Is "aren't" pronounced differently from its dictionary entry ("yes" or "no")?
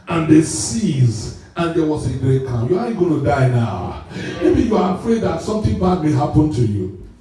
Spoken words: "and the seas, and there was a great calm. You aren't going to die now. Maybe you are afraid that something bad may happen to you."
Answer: yes